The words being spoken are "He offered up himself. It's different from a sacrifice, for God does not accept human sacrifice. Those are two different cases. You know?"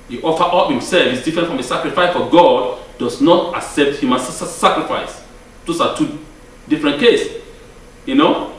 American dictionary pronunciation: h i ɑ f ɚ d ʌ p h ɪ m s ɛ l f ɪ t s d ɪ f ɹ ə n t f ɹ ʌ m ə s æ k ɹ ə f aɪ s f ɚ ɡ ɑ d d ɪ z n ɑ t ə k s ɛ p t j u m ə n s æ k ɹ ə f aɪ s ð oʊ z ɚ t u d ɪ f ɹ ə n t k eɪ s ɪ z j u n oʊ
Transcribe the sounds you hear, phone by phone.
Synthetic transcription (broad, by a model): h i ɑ f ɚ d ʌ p h ɪ m s ɛ l f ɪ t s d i f ɹ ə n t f ɹ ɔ m ə s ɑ k ɹ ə f aɪ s f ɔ ɡ ɑ d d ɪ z n ɑ t ə k s ɛ p t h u m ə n s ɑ k ɹ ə f aɪ s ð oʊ s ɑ t u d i f ɹ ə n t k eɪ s j u n oʊ